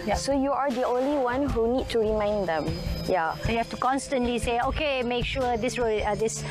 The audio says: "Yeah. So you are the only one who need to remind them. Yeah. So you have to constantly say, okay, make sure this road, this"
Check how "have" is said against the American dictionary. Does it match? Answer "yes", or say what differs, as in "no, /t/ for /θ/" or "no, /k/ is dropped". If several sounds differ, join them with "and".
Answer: no, /f/ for /v/